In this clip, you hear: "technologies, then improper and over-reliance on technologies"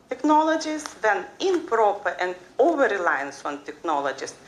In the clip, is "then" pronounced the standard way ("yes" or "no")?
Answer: yes